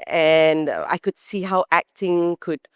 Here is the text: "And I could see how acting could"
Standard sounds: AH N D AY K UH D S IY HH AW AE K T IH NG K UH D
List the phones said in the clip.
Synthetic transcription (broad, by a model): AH N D AY K UH D S IY HH AW AE K T IH NG K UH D